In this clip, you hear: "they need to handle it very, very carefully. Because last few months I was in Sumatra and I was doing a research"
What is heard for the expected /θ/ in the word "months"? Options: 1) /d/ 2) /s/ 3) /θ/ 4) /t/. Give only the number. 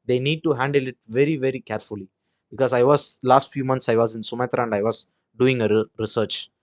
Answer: 4